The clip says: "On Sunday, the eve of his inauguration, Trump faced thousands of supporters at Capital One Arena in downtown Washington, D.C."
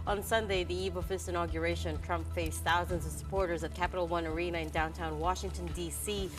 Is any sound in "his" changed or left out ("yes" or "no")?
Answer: yes